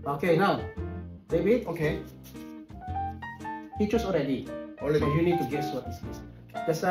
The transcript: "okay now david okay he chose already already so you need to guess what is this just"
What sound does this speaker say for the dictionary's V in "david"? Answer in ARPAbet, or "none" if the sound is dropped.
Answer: B